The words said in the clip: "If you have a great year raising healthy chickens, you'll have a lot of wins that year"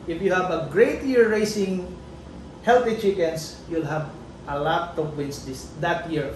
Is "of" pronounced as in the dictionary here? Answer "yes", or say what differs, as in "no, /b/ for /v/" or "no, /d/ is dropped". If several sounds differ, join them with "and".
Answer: no, /p/ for /v/